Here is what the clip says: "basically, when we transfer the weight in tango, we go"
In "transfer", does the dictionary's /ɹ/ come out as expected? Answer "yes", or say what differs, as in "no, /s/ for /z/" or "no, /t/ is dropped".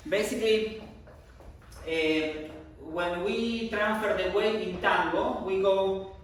yes